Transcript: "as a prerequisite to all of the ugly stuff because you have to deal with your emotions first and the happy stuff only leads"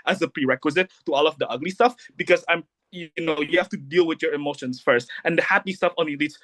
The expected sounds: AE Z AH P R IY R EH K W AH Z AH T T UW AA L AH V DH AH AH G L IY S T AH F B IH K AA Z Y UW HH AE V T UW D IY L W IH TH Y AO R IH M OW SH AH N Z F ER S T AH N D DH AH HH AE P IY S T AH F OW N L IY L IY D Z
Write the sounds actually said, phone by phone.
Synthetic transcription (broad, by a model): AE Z AH P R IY R EH K W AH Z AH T T UW AA L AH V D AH AH G L IY S T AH F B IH K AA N Y UW HH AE F T UW D IY L W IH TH Y AO R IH M OW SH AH N S F ER S T AH N D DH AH HH AE P IY S T AH F OW N L IY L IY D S